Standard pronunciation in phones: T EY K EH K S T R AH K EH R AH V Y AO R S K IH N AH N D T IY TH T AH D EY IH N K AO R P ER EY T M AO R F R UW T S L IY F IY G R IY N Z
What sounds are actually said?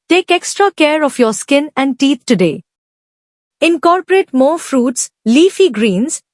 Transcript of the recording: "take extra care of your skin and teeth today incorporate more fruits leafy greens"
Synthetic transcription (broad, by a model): T EY K EH K S T R AH K EH R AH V Y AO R S K IH N AH N D T IY T T AH D EY IH N K AO R P ER EY T M AO R F R UW T S L IY F IY G R IY N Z